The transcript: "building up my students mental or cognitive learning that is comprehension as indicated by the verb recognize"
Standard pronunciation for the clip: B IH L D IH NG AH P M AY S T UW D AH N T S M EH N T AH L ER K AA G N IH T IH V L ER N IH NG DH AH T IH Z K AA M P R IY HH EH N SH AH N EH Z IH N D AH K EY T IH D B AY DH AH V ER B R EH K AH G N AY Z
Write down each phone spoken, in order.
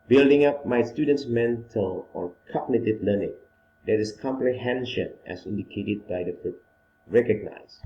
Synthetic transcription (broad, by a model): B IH L D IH NG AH P M AY S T UW D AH N T S M EH N T AH L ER K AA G N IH T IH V L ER N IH NG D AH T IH S K AA M P R IY HH EH N SH AH N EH S IH N D AH K EY T IH D B AY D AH F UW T R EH K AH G N AY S